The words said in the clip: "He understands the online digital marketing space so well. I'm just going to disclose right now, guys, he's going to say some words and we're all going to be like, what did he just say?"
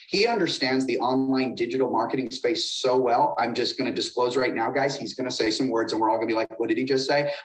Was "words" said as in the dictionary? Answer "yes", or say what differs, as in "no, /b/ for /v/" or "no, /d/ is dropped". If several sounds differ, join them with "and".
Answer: yes